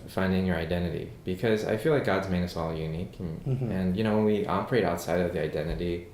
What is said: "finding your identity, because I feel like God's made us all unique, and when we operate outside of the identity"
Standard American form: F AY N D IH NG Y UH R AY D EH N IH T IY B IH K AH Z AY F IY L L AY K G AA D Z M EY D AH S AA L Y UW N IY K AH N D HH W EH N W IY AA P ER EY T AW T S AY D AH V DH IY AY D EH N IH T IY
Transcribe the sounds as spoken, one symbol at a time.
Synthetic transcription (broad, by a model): F AY N D IH NG Y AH R AY D EH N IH T IY B IH K AH Z AY F IY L L AY K G AA D Z M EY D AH S AA L Y UW N IY K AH N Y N W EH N W IY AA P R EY T AW T S AY D AH V DH IY AY D EH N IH T IY